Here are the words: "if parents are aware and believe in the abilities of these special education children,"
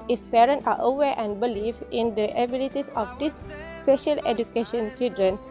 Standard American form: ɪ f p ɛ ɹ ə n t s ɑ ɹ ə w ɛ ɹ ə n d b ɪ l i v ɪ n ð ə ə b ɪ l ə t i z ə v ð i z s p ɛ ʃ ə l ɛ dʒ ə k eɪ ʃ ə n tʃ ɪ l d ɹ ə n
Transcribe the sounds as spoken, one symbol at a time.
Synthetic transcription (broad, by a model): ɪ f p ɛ ɹ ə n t ɑ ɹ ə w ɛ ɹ ə n d b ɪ l i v ɪ n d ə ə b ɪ l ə t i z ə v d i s s p ɛ ʃ ə l ɛ dʒ ə k eɪ ʃ ə n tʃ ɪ l d ɹ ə n